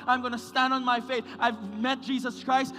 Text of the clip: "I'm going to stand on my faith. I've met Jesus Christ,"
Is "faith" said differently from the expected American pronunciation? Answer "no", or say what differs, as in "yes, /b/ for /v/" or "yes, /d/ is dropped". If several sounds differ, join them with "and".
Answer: no